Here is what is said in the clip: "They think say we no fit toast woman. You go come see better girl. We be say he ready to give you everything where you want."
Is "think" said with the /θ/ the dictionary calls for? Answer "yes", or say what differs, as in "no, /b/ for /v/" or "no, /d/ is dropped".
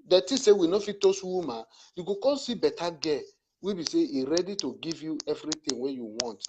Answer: no, /t/ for /θ/